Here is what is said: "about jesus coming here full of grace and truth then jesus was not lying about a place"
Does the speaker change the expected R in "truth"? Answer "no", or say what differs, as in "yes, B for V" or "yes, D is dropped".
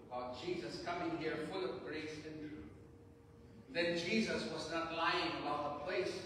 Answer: yes, R is dropped